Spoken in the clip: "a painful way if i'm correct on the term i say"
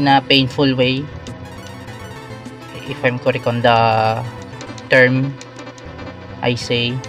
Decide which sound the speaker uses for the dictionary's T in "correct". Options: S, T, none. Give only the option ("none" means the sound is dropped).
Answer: none